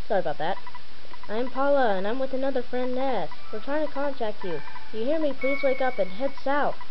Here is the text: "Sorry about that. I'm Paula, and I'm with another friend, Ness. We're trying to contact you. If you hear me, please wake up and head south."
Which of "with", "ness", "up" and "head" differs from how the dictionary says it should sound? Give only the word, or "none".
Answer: none